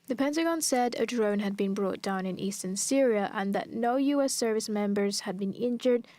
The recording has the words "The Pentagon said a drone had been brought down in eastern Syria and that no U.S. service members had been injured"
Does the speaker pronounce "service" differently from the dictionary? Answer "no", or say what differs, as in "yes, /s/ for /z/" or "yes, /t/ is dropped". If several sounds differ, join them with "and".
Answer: no